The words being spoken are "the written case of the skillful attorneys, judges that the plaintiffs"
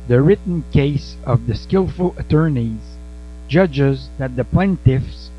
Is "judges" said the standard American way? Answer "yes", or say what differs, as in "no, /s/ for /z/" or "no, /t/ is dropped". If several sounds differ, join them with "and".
yes